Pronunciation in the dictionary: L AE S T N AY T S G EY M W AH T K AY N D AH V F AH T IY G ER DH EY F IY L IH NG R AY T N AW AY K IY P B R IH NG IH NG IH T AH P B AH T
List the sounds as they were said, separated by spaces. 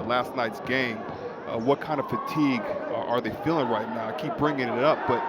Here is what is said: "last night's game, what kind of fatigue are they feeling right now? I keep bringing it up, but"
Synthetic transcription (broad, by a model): L AE S T N AY T S G EY M W AH T K AY N D AH V F AH T IY G ER DH EY F IY L IH NG R AY T N AW AY K IY P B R IH NG IH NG IH T AH P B AH T